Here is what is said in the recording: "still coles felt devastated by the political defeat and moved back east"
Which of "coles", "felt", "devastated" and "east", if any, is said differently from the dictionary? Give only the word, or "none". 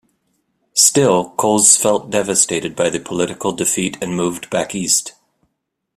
coles